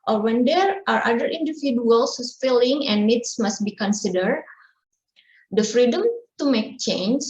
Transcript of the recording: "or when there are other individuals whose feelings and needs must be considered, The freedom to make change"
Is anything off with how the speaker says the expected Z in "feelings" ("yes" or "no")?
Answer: yes